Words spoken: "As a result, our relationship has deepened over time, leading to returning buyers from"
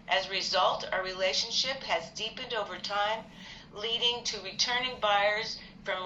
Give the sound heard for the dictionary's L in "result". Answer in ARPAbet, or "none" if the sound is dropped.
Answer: L